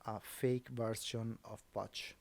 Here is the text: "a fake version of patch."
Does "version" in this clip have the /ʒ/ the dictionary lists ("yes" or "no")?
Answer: no